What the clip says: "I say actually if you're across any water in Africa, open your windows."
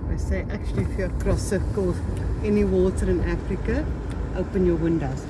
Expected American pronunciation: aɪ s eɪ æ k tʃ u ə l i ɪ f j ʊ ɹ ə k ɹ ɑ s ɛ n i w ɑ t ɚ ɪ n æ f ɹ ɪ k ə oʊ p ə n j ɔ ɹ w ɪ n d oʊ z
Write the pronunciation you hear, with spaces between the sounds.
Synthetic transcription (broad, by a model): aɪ s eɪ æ k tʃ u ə l i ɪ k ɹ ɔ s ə k ɑ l ɛ n i w ɑ t ɚ ɪ n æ f ɹ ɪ k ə oʊ p ə n j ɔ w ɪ n d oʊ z